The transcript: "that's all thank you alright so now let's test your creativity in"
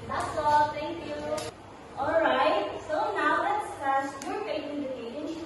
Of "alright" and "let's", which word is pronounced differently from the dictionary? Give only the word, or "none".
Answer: none